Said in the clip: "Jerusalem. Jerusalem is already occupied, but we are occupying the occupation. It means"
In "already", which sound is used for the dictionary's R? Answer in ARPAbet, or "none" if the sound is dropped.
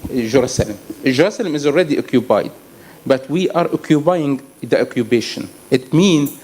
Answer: L